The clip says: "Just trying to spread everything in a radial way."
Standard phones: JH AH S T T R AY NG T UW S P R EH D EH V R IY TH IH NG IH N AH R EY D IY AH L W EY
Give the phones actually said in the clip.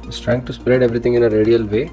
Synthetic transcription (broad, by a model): S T T R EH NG T UW S P R EH D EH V R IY T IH NG IH N AH R EY D IY AH L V EY